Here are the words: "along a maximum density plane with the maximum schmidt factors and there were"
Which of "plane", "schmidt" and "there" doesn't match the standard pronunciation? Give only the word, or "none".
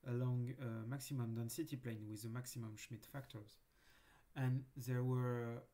none